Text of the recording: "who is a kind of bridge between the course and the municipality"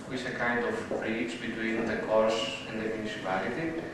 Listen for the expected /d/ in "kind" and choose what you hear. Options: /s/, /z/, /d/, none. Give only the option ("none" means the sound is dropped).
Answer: /d/